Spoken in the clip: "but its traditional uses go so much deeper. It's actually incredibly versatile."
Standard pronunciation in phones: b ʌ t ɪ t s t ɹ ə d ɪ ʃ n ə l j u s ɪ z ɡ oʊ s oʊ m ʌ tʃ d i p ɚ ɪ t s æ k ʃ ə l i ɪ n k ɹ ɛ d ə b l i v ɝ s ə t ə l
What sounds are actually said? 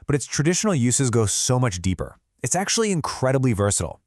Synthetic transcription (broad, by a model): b ʌ t ɪ t s t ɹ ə d ɪ ʃ n l j u s ɪ z ɡ oʊ s oʊ m ʌ tʃ d i p ɚ ɪ t s æ k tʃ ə l i ɪ n k ɹ ɛ d ə b l i v ɝ s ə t l